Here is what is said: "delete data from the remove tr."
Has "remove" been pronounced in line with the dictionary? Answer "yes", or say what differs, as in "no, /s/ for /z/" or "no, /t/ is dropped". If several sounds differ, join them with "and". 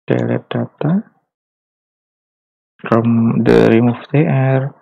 no, /f/ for /v/